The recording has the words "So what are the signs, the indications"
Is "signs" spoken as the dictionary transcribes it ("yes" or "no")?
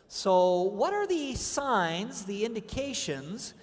yes